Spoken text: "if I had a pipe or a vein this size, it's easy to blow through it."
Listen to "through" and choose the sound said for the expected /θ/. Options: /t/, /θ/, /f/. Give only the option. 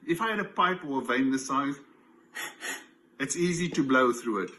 /θ/